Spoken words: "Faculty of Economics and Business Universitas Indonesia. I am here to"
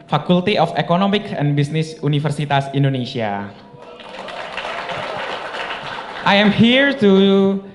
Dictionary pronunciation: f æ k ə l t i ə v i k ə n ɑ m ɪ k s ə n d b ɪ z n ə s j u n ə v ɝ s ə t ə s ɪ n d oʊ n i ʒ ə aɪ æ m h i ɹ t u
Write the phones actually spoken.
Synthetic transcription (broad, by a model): f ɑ k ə l t i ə f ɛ k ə n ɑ m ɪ k ə n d b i s n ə s u n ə f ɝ s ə t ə s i n d oʊ n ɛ s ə aɪ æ m h i ɹ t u